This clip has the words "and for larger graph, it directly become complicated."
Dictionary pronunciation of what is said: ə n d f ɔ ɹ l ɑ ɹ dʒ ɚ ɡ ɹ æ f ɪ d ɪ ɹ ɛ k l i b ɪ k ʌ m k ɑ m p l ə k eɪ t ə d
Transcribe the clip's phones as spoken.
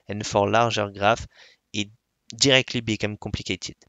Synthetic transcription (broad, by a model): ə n f ɔ ɹ l ɑ ɹ ʒ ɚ ɡ ɹ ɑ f ɪ d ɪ ɹ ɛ k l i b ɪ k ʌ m k ɑ p l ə k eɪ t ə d